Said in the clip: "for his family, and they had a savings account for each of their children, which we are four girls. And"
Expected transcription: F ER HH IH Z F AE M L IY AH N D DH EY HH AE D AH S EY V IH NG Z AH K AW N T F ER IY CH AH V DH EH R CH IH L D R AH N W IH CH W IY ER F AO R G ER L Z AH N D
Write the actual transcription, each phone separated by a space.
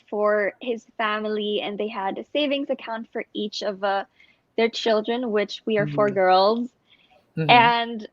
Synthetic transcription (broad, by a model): F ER HH IH Z F AE M L IY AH N DH EY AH D AH S EY V IH NG Z AH K AW N T F ER IY CH AH V DH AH R CH IH L D R AH N W IH CH W IY ER F AO R G ER L Z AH N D